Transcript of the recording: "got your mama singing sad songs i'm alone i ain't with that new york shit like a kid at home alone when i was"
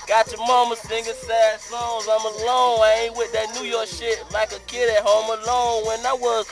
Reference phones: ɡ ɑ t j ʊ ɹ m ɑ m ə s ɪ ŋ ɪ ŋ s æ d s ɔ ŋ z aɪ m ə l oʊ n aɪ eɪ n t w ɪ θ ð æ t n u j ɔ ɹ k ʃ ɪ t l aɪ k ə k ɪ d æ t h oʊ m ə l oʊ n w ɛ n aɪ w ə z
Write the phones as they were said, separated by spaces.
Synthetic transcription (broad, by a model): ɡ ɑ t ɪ m ɑ m ə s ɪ ŋ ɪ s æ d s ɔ z aɪ m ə l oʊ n aɪ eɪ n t w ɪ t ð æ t n u j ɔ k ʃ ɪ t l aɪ k ə k ɪ d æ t h oʊ m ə l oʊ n w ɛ n aɪ w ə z